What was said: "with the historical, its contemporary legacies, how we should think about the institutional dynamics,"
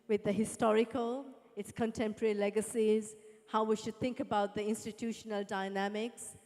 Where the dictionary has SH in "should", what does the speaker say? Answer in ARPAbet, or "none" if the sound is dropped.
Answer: SH